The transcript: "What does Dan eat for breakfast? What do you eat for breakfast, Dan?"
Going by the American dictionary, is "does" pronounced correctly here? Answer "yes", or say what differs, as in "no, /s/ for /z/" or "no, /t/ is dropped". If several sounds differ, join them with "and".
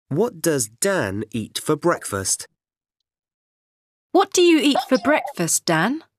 yes